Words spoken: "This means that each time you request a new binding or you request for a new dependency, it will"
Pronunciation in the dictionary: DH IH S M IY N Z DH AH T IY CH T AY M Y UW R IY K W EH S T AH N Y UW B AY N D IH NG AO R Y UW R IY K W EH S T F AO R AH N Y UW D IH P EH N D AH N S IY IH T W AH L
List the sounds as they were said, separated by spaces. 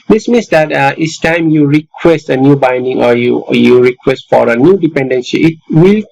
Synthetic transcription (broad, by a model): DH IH S M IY N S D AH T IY S T AY M Y UW R IY K W EH S T AH N Y UW B AY N D IH NG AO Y Y UW R IY K W EH S T F AO R AH N Y UW D IH P EH N D AH N S IY IH T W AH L